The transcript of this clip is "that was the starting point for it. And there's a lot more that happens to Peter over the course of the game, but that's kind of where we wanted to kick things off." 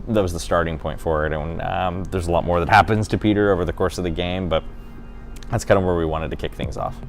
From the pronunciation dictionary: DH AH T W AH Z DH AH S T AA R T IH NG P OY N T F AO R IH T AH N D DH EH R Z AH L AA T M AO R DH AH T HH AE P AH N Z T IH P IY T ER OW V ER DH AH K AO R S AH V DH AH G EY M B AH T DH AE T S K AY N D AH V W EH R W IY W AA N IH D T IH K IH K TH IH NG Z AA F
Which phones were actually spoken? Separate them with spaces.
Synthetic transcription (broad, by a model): DH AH T W AH Z DH AH S T AA R T IH NG P OY N T F AO R IH T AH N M DH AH R Z AH L AA T M AO R DH AH T HH AE P AH N Z T IH P IY T ER OW V ER DH AH K AO R S AH V DH AH G EY M B AH T DH AE T S K AY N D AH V W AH R W IY W AA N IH D T IH K IH K TH IH NG Z AA F